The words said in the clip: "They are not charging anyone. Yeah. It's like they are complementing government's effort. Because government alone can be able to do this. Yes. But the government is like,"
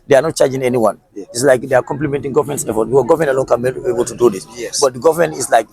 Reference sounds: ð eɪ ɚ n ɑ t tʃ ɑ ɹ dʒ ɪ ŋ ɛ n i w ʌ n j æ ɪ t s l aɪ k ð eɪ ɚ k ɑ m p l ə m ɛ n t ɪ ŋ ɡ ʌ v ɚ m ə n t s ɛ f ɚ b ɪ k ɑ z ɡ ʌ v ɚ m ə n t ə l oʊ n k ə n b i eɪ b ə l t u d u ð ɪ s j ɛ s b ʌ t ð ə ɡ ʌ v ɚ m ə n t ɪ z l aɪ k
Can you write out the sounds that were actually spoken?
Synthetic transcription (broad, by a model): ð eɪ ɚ n ɑ t tʃ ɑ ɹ dʒ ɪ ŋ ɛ n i w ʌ n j ɪ t s l aɪ k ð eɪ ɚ k ɑ m p l ə m ɛ n t ɪ ŋ ɡ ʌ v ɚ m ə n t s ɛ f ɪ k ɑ ɡ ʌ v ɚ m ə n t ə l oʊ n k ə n b i eɪ b ə l t u d u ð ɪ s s b ʌ t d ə ɡ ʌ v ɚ m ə n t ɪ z l aɪ k